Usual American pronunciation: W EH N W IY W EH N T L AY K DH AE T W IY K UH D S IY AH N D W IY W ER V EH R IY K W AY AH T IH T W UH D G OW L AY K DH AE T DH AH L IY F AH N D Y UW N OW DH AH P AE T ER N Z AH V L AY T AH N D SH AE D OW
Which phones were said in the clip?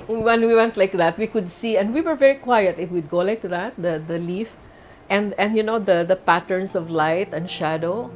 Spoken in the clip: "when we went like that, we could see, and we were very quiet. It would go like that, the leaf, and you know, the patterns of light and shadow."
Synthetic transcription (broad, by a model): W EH N W IY W EH N T L AY K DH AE T W IY K UH D S IY AH N D W IY W ER V EH R IY K W AY AH T IH T W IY D G OW L AY K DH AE T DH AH L IY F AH N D Y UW N OW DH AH P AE T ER N S AH V L AY T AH N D SH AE D OW